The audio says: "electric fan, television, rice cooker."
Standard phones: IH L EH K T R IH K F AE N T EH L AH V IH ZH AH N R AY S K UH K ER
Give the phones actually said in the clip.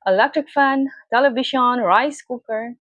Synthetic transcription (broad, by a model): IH L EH K T R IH K F AE N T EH L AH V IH SH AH N R AY S K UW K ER